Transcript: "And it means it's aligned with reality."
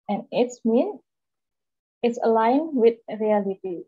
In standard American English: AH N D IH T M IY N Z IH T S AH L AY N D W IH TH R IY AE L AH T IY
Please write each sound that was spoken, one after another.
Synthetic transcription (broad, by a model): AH N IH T M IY N IH T S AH L AY N W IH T R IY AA L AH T IY